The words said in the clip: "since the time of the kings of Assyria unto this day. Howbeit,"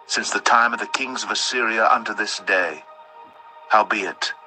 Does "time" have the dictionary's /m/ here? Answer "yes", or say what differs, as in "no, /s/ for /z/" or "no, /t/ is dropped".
yes